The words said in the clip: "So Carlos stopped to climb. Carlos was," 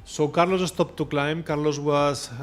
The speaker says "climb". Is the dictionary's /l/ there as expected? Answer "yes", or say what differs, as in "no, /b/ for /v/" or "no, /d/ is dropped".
yes